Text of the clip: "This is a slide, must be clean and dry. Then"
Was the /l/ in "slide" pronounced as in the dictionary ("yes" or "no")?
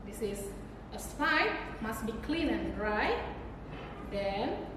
no